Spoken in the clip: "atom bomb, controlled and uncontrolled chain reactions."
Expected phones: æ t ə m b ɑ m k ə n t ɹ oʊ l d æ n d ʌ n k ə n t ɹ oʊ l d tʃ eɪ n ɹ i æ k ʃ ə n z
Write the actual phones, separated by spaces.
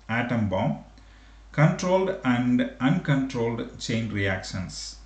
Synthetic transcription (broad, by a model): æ t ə m b ɑ m k ə n t ɹ oʊ l d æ n d ʌ n k ə n t ɹ oʊ l d tʃ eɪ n ɹ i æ k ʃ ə n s